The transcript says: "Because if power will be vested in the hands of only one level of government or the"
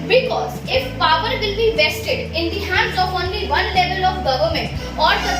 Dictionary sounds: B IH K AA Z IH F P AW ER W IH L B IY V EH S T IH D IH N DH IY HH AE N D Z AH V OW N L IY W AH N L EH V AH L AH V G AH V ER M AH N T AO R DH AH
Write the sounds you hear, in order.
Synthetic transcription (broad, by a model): B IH K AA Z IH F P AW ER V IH L B IY V EH S T IH D IH N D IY HH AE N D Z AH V OW N L IY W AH N L EH V AH L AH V G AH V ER M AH N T AO R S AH